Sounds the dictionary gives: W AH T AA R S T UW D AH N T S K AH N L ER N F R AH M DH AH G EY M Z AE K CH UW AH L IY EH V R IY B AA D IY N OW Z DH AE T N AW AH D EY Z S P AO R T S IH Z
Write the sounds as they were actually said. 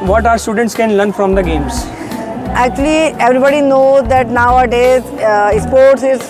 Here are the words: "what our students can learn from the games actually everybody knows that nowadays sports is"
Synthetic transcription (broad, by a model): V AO T AA R S T UW D AH N T S K AH N L ER N F R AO M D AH G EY M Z AE K CH UW AH L IY EH V R IY B AA D IY N OW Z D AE T N AW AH D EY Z S P AO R T S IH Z